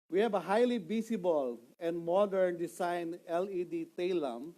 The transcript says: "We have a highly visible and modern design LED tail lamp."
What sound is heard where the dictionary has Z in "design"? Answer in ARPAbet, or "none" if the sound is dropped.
S